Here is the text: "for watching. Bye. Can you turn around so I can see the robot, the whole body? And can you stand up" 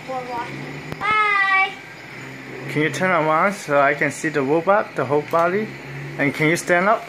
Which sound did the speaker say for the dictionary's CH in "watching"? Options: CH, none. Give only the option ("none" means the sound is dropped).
none